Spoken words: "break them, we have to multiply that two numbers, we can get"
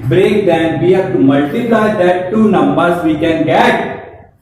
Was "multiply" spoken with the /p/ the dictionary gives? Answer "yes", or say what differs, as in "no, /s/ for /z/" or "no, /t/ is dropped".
no, /p/ is dropped